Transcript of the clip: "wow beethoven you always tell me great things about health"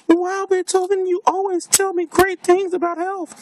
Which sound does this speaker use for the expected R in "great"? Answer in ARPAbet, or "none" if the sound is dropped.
R